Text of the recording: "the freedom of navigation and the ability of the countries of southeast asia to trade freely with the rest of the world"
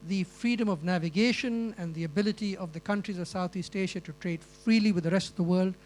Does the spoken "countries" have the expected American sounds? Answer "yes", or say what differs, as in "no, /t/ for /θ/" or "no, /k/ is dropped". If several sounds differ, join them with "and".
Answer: yes